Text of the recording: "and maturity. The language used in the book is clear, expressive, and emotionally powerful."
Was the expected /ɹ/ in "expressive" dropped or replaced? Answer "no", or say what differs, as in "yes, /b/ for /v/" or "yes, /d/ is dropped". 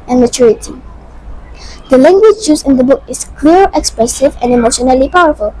no